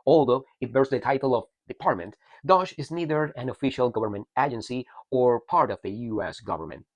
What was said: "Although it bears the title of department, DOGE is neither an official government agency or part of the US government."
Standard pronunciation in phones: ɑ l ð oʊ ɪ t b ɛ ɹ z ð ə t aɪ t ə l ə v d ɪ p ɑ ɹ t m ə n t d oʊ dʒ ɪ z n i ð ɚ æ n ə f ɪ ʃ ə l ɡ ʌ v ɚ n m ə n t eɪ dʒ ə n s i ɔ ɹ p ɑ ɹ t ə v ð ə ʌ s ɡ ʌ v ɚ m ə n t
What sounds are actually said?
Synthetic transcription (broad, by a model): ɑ l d oʊ ɪ t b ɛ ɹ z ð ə t aɪ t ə l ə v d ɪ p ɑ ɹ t m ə n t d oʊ ʃ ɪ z n i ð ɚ æ n ə f ɪ ʃ ə l ɡ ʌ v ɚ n m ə n t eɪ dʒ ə n s i ɔ ɹ p ɑ ɹ t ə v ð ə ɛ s ɡ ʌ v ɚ m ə n t